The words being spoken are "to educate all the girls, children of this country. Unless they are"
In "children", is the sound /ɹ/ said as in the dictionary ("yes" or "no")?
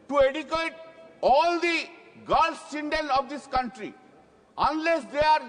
no